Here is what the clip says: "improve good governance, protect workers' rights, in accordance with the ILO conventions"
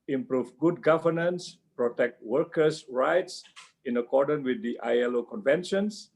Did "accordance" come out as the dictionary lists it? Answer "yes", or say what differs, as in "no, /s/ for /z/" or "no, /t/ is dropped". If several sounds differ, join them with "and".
no, /s/ is dropped